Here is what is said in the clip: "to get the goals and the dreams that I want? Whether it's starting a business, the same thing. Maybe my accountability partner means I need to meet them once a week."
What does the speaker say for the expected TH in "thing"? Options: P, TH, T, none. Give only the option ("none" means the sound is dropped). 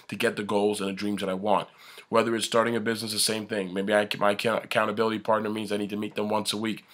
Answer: TH